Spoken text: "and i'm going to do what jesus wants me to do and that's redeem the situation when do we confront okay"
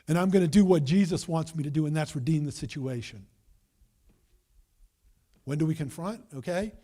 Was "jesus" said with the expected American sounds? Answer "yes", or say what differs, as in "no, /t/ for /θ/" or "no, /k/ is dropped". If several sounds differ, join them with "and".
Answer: yes